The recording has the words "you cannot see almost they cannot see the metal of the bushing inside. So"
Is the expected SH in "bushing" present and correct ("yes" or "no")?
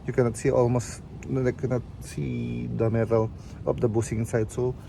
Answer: no